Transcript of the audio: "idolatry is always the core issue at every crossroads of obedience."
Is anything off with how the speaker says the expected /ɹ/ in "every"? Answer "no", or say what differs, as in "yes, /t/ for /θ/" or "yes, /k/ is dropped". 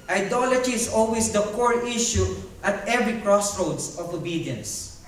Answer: no